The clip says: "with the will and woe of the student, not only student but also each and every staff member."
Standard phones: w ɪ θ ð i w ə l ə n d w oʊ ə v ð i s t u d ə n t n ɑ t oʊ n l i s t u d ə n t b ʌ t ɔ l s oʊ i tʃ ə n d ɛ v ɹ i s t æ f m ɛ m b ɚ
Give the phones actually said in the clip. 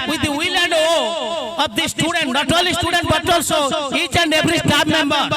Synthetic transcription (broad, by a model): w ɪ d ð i w ə l ə n d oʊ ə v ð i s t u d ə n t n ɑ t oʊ l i s t u d ə n t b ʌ t ɔ l s oʊ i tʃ ə n d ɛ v ɹ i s t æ p m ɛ m b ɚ